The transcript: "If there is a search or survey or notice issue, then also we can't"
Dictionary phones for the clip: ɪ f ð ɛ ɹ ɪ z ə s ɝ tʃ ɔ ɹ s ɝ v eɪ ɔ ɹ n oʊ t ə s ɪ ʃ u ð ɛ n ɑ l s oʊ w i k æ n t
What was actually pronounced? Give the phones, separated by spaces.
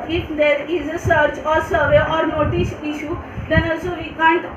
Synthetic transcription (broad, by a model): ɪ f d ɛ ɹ ɪ z ə s ɝ tʃ ɔ ɹ s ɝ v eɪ ɔ ɹ n oʊ t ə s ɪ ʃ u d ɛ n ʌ s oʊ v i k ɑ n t